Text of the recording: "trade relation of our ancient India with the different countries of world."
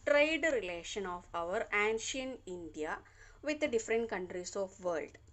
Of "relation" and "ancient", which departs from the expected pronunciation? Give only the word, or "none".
ancient